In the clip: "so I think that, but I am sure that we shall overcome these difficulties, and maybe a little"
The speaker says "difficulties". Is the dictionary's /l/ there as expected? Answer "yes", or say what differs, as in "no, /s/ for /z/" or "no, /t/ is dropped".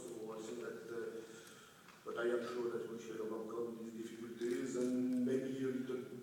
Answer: yes